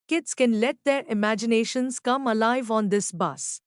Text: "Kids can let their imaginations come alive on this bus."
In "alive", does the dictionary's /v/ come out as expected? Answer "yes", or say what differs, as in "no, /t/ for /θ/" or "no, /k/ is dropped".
yes